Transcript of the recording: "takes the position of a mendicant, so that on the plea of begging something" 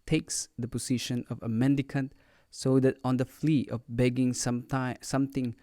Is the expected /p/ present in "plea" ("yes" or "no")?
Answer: no